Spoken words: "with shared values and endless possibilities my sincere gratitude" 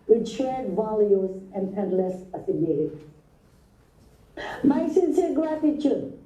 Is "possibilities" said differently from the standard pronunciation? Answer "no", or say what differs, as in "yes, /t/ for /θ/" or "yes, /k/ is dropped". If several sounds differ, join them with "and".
yes, /z/ is dropped